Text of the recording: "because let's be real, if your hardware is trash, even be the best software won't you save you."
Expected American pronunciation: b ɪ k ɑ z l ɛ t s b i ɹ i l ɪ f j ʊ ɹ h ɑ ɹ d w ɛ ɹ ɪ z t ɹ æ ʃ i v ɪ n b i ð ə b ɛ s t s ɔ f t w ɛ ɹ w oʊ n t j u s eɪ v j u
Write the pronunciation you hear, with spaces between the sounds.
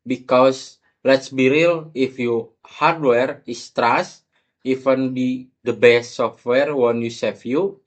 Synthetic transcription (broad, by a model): b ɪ k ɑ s l ɛ t s b i ɹ i l ɪ f j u h ɑ ɹ d w ɛ ɹ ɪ s t ɹ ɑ s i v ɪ n b i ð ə b ɛ s t s ɔ f t w ɛ ɹ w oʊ n j u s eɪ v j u